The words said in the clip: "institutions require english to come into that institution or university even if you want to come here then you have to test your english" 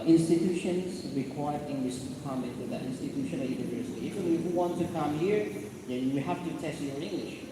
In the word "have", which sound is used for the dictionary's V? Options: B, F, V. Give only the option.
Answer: F